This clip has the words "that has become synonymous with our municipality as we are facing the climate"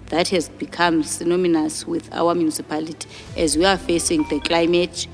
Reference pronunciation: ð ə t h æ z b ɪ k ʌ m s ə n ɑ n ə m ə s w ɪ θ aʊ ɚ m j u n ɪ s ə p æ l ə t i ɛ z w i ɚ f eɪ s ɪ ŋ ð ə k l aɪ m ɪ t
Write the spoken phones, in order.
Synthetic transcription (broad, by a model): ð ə t h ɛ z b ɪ k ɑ m s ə n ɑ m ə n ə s w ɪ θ aʊ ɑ m j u n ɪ s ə p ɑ l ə t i ɛ z w i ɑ f eɪ s ɪ ŋ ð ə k l aɪ m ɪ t